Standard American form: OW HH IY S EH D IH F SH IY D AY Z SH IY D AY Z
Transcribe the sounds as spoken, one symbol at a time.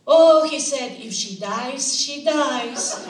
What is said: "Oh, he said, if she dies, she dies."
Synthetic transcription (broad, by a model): OW HH IY S EH D IH F SH IY D AY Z SH IY D AY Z